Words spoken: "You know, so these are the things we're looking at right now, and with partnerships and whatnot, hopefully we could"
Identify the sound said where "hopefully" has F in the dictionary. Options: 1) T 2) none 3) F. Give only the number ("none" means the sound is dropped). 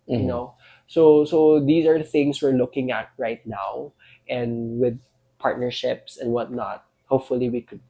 3